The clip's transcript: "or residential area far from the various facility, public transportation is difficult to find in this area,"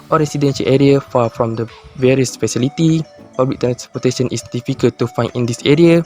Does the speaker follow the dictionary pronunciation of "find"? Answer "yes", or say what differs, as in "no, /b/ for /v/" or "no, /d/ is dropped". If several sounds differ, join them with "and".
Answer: no, /d/ is dropped